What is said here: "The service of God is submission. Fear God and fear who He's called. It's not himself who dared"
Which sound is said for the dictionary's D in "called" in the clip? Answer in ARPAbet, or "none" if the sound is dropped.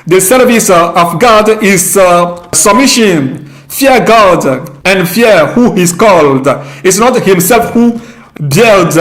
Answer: D